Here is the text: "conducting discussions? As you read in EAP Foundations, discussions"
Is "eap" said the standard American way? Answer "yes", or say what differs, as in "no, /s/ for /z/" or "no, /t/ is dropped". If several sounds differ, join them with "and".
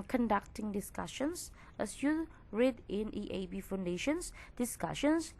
no, /b/ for /p/